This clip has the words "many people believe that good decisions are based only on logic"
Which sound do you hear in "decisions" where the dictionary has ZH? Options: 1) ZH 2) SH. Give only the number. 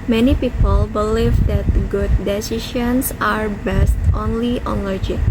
2